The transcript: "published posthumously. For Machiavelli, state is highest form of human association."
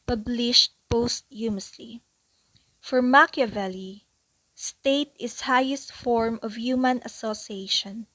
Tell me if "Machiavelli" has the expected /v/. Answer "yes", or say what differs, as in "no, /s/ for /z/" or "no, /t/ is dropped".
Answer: yes